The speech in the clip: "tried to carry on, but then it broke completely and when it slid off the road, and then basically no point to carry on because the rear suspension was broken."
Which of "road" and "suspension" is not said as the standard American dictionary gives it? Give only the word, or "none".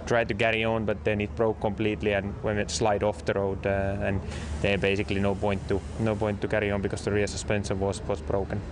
suspension